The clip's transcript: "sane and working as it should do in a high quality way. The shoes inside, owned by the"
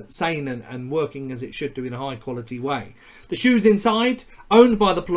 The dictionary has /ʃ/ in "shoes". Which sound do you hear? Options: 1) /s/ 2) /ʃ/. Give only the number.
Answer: 2